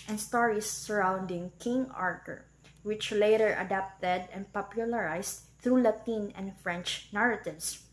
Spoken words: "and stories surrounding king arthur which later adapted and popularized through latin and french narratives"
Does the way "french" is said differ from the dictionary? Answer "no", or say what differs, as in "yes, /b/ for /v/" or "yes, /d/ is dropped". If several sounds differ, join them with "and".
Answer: no